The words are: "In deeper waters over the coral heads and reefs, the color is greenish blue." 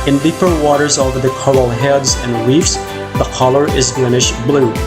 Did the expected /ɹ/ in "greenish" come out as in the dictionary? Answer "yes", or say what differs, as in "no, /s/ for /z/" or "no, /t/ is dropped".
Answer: no, /l/ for /ɹ/